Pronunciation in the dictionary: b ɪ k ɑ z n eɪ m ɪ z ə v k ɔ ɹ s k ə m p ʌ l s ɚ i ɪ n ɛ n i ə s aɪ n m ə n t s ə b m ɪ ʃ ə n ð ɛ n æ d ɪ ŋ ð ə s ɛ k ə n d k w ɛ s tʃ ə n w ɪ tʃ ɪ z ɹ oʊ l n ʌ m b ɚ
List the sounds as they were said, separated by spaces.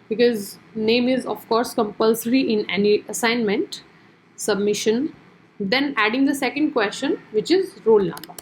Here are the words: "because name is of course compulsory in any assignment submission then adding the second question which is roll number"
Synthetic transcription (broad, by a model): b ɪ k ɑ z n eɪ m ɪ z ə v k ɔ ɹ s k ə m p ʌ l s ɚ i ɪ n ɛ n i ə s aɪ n m ə n t s ə b m ɪ ʃ ə n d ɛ n æ d ɪ ŋ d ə s ɛ k ə n d k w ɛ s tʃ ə n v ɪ tʃ ɪ z ɹ oʊ l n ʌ m b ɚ